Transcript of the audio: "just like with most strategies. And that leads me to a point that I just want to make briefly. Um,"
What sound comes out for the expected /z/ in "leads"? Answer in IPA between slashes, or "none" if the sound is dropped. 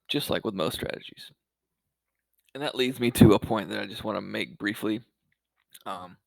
/z/